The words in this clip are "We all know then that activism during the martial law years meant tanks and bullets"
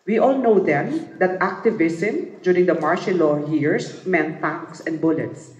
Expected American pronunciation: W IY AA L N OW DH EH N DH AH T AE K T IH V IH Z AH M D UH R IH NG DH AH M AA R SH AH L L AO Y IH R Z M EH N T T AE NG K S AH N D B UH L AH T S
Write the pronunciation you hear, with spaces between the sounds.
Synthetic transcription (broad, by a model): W IY AA L N OW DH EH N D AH T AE K T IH V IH S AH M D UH R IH NG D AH M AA R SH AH N L AO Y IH R S M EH N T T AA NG K S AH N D B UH L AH T S